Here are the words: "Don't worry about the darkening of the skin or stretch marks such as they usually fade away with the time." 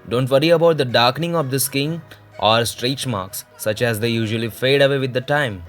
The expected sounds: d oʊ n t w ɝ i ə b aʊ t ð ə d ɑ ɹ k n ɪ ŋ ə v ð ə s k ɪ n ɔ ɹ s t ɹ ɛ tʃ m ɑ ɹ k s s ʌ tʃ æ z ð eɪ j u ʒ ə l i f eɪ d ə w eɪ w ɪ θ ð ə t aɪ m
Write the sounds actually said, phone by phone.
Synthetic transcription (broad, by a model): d oʊ n t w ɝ i ə b aʊ t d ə d ɑ ɹ k n ɪ ŋ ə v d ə s k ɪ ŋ ɔ ɹ s t ɹ ɛ tʃ m ɑ ɹ k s s ʌ tʃ æ z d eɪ j u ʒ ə l i f eɪ d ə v eɪ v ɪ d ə t aɪ m